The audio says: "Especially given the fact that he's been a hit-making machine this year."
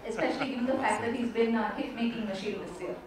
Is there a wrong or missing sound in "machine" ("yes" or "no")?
no